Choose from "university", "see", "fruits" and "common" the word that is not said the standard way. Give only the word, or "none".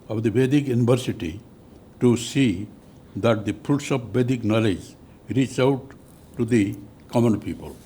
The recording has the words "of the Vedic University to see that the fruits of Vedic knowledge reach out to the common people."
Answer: fruits